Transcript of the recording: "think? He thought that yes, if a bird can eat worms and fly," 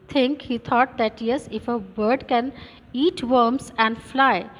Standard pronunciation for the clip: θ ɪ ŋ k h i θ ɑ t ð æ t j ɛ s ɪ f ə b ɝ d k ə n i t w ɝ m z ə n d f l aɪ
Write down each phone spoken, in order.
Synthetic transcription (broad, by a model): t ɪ ŋ k h i t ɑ t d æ t j ɛ s ɪ f ə b ɝ d k ə n i t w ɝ m s ə n d f l aɪ